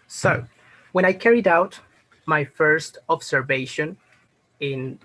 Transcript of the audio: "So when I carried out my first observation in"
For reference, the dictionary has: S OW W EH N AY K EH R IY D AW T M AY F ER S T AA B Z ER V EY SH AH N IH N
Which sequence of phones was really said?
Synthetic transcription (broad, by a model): S OW W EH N AY K EH R IY D AW T M AY F ER S T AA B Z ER V EY SH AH N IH N